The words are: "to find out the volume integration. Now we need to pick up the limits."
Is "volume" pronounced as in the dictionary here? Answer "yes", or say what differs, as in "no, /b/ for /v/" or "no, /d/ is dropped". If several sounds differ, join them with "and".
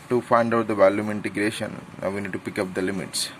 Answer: yes